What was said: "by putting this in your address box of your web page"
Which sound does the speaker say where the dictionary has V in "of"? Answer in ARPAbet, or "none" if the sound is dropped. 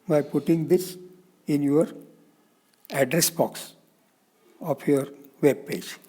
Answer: P